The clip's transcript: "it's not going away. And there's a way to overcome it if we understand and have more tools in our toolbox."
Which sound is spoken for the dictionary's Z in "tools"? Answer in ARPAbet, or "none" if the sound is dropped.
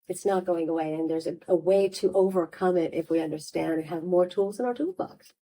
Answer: Z